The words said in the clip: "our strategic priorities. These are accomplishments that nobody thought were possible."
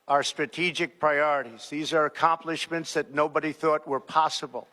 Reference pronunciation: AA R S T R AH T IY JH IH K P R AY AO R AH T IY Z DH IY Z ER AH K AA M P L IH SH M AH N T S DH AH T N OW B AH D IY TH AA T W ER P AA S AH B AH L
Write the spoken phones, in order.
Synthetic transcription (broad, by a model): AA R S T R AH T IY JH IH K P R AY AO R AH T IY Z DH IY Z ER AH K AA M P L IH SH M AH N T S DH AH T N OW B AH D IY TH AA T W ER P AA S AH B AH L